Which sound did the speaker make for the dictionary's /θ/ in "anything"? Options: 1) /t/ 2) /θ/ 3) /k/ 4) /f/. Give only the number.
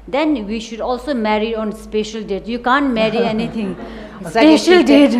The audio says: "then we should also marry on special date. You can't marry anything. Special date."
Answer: 1